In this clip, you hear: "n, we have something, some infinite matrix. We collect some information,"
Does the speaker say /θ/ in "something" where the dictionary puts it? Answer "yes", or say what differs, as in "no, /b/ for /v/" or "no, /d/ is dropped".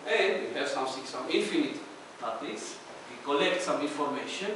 no, /s/ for /θ/